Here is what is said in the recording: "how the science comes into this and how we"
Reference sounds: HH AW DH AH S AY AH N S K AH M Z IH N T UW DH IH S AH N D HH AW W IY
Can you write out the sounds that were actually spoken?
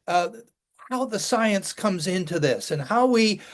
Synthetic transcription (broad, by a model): HH AW DH AH S AY AH N S K AH M Z IH N T UW DH IH S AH N HH AW W IY